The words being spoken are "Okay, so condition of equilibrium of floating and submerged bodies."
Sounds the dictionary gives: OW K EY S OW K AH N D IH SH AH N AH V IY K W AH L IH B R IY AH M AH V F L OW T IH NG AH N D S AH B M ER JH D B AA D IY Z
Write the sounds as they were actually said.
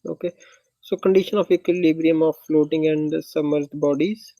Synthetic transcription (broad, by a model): OW K EY S OW K AH N D IH SH AH N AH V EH K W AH L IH B R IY AH M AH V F L OW T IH NG AH N D S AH M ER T B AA D IY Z